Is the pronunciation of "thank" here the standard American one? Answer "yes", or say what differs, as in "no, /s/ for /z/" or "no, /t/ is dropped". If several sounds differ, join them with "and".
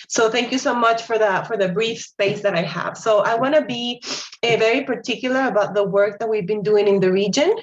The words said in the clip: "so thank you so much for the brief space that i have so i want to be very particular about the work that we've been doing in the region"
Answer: yes